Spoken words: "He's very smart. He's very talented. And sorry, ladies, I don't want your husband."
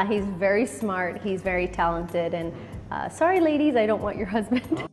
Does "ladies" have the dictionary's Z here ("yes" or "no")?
yes